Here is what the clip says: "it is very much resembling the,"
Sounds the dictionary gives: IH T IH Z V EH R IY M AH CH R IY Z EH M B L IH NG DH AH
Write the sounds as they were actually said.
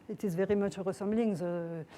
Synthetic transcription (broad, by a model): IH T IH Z V EH R IY M AH CH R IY S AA M B L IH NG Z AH